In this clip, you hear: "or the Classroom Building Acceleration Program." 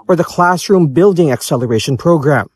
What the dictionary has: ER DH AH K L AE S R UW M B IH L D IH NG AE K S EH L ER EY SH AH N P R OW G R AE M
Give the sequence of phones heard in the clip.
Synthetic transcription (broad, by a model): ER DH AH K L AE S R UW M B IH L D IH NG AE K S EH L ER EY SH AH N P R OW G R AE M